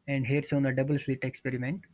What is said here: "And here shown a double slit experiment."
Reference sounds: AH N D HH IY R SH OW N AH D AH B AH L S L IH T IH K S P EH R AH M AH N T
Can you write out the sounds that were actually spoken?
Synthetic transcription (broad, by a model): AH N D HH IY R S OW N AH D AH B AH L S L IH T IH K S P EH R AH M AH N T